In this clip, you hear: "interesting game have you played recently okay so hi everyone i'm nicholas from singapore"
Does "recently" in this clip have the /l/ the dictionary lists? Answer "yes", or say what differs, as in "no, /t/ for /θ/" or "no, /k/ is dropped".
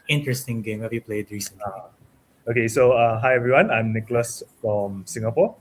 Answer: no, /l/ is dropped